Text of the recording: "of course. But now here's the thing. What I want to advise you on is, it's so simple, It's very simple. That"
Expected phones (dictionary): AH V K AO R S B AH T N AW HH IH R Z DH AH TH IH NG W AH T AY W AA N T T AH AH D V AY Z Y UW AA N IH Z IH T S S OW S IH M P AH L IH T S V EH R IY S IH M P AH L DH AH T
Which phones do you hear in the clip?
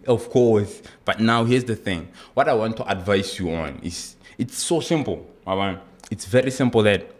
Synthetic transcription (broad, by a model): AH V K AO R S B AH T N AW HH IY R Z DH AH TH IH NG W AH T AY W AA N T T AH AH D V AY S Y UW AA N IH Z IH T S S OW S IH M P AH N IH T S V EH R IY S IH M P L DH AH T